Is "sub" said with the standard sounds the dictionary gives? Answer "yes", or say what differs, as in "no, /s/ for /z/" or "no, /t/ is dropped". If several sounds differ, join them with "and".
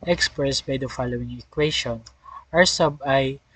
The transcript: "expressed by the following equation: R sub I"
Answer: yes